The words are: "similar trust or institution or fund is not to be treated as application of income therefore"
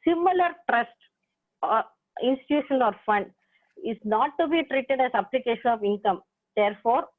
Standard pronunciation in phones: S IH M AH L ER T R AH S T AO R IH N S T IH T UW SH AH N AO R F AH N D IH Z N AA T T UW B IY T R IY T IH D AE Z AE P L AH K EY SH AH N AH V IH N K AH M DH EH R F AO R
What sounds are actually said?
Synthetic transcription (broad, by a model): S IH M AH L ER T R AH S T AO R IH N S T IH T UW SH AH N AO R F AH N D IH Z N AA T T UW B IY T R IY T IH D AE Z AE P L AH K EY SH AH N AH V IH N K AH M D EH R F AO R